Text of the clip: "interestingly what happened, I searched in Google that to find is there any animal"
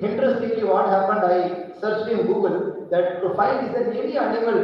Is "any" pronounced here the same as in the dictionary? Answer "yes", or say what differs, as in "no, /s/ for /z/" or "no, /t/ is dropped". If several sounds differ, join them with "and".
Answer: no, /n/ is dropped